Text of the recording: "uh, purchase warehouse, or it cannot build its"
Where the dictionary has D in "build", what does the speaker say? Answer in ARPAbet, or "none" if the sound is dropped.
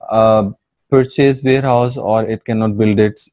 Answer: D